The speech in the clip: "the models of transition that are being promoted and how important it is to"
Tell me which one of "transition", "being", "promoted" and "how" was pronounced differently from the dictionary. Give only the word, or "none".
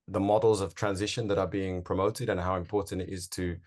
none